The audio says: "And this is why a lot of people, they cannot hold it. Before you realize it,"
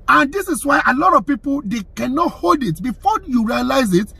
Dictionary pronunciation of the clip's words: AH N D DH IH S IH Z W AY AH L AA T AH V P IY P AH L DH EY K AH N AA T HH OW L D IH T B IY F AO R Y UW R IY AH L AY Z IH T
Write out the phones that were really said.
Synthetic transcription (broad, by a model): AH N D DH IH S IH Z W AY AH L AA T AH V P IY P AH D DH EY K AH N AA T HH OW L D IH T B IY F AO Y UW R IY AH L AY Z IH T